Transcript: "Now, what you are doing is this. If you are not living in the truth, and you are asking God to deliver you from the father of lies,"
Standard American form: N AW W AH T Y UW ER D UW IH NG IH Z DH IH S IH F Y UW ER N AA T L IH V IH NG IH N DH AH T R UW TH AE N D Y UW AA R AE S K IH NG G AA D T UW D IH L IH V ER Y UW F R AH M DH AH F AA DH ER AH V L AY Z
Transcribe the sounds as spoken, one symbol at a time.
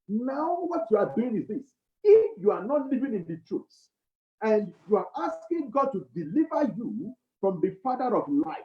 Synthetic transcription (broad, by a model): N AW W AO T Y UW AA D UW IH NG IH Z DH IH S IH F Y UW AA N AA T L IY V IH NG IH N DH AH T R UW S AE N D Y UW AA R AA S K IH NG G AA D T UW D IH L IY V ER Y UW F R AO M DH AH F AA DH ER AH V L AY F